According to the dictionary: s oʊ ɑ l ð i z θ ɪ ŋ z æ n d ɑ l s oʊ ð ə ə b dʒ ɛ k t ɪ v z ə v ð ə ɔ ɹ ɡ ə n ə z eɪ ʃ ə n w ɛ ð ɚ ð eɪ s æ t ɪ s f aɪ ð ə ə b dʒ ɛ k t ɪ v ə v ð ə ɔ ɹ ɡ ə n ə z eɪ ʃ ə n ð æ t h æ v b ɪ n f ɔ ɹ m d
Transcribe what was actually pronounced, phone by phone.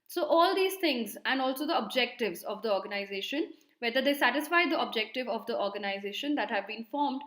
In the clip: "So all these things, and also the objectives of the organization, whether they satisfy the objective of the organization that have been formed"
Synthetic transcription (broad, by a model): s oʊ ɑ l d i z t ɪ ŋ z æ n d ɑ l s oʊ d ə ə b dʒ ɛ k t ɪ v z ə v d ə ɔ ɹ ɡ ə n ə z eɪ ʃ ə n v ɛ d ɚ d eɪ s æ t ɪ s f aɪ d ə ə b dʒ ɛ k t ɪ v ə v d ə ɔ ɹ ɡ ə n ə z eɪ ʃ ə n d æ t h æ v b ɪ n f ɔ ɹ m d